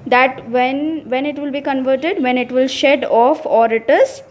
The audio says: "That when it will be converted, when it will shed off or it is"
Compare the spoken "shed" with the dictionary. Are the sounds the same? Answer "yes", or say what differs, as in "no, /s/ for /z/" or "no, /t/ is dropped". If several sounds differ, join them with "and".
yes